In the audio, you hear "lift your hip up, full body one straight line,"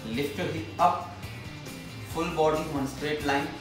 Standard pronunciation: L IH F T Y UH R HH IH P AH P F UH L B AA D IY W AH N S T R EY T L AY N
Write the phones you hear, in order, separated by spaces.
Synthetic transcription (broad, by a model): L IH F T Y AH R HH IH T AH P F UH L B AA D IY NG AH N S T R EY T L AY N